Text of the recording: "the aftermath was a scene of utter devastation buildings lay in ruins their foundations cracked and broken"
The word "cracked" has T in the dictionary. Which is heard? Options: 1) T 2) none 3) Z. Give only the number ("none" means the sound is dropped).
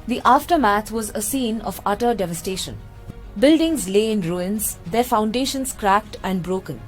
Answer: 1